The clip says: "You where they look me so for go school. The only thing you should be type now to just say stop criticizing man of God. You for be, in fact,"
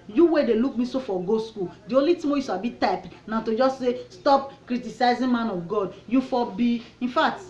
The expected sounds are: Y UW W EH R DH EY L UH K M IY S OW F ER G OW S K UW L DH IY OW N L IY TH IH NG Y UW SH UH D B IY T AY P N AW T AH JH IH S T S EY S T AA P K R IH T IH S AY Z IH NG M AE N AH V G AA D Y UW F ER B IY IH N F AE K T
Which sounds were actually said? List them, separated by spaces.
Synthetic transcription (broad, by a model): Y UW W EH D EY L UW K M IY S OW F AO G OW S K UW L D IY OW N L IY T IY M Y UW S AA B IY T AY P N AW T AH JH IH S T S EY S T AA P K R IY T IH S AY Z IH M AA N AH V G AA D Y UW F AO B IY IH N F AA K T